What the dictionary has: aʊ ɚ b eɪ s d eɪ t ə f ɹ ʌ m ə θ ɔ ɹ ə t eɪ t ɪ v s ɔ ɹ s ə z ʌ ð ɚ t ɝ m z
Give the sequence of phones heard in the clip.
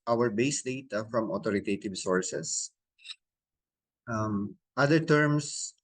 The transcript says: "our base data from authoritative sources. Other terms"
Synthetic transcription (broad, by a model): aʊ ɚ b eɪ s d eɪ t ə f ɹ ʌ m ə t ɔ ɹ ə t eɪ t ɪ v s ɔ ɹ s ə s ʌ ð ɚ t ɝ m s